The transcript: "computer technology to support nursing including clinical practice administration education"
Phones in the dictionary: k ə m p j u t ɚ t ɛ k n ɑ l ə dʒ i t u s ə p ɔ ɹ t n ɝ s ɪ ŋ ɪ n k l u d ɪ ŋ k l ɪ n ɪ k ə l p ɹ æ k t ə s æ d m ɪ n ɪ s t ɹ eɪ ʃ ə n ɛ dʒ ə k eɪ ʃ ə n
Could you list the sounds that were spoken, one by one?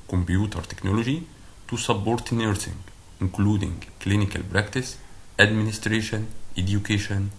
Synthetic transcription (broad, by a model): k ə m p j u t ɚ t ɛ k n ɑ l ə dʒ i t u s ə b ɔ ɹ t n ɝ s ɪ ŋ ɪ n k l u d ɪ ŋ k l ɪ n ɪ k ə l b ɹ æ k t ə s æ d m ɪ n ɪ s t ɹ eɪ ʃ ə n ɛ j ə k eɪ ʃ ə n